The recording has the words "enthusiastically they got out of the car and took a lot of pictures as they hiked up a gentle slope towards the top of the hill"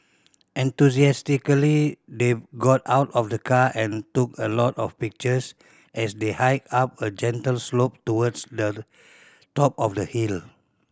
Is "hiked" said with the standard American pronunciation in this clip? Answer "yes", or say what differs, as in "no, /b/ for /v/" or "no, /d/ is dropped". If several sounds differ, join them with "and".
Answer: no, /t/ is dropped